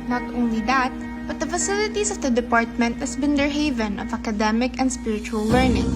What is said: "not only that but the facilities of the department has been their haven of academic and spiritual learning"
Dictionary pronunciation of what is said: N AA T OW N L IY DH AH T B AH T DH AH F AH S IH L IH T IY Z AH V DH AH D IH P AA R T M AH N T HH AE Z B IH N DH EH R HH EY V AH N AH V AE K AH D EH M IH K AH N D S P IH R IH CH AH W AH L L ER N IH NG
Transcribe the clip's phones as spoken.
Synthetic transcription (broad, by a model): N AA T OW N L IY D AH T B AH T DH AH F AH S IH L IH T IY S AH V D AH D IH P AA R T M AH N T HH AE S B IH N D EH R HH EY V AH N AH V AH K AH D EH M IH K AH N D S P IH R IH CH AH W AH L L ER N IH NG